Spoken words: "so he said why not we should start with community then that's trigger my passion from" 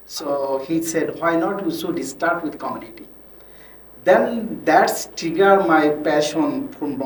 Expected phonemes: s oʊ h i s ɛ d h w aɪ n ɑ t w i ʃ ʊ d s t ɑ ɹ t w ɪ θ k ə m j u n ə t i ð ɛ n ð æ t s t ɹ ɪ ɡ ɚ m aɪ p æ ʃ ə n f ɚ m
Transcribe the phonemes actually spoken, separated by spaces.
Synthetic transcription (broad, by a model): s oʊ h i s ɛ d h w aɪ n ɑ t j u s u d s t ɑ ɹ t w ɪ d k ə m j u n ə t i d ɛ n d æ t s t ɪ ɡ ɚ m aɪ p æ ʃ ə n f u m